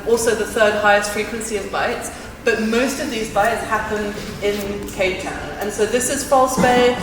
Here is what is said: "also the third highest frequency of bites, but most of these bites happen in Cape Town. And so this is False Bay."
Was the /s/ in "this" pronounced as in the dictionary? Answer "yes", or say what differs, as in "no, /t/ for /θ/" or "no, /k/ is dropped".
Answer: yes